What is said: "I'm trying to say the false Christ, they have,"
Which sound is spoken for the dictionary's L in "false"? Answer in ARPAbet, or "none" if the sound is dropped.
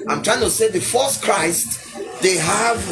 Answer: none